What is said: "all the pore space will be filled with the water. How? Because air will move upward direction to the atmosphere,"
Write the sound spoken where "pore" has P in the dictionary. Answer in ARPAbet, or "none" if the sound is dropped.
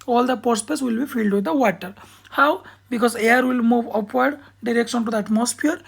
P